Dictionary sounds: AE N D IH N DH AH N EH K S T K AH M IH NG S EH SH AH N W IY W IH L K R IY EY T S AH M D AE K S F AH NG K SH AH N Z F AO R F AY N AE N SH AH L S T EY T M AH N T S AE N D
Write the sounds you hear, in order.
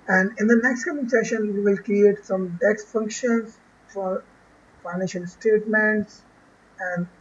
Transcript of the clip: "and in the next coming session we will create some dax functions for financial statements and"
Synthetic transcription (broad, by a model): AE N D IH N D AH N EH K S T K AH M IH NG S EH SH AH N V IY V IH L K R IY EY T S AH M D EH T F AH NG K SH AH N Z F AO R F AY N AE N SH AH L S T EY T M AH N T S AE N D